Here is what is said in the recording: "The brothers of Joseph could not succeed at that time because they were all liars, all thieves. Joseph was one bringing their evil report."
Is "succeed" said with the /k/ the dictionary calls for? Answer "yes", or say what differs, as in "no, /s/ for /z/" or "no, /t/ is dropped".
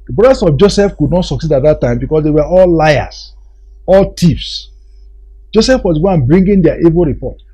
yes